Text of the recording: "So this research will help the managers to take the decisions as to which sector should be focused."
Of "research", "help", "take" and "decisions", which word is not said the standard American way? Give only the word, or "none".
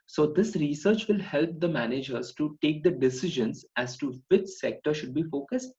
none